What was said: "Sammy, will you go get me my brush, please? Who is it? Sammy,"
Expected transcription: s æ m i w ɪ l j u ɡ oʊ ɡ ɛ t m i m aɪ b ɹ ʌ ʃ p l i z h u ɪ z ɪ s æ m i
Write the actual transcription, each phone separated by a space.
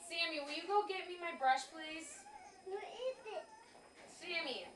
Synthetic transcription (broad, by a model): s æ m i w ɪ j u ɡ oʊ ɡ ɛ t m i m aɪ b ɹ ʌ ʃ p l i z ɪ s ɪ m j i